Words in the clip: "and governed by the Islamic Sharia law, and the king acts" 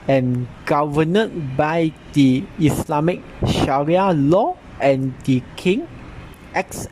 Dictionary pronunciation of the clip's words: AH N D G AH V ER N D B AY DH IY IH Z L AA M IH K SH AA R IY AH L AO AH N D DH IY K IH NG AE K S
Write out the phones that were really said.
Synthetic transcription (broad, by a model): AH N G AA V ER N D B AY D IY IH S L AA M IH K SH AA R IY AH L AO AH N D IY K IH NG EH K S